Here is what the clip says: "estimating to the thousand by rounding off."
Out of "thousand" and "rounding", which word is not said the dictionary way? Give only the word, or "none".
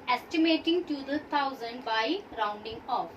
thousand